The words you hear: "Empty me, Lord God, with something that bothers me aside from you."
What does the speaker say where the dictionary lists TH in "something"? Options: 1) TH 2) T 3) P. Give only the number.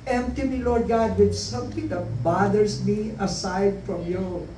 2